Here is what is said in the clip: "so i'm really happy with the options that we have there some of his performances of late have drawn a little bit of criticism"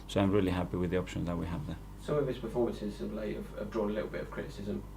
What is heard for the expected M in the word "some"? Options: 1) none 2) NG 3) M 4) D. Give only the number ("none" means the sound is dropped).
1